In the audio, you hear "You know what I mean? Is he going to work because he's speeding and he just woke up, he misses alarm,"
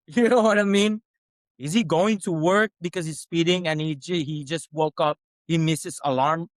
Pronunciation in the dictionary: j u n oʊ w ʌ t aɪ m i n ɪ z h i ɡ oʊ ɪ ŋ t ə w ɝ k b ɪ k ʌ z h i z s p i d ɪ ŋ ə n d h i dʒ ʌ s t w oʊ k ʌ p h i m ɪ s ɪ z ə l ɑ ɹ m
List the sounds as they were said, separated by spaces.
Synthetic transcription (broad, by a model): j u n oʊ w ʌ t aɪ m i n ɪ z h i ɡ oʊ ɪ ŋ t ə w ɝ k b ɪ k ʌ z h i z s p i d ɪ ŋ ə n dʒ h i dʒ ʌ s t w oʊ k ʌ p h i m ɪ s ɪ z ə l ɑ ɹ m